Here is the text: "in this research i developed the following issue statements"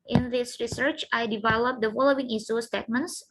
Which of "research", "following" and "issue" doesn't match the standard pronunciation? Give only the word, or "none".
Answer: issue